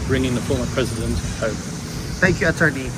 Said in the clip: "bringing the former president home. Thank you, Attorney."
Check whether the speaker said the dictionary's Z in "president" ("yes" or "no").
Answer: yes